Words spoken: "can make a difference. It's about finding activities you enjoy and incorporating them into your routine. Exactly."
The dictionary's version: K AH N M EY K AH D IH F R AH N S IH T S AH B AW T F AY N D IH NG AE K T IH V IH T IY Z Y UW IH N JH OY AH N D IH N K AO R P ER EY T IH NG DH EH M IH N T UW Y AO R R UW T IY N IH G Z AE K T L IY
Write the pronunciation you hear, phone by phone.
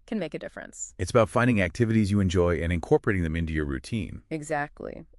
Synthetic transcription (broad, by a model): K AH N M EY K AH D IH F R AH N S IH T S AH B AW T F AY N D IH NG AE K T IH V IH T IY Z Y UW IH N JH OY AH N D IH N K AO R P ER EY T IH NG DH EH M IH N T UW Y AO R R UW T IY N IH G Z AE K T L IY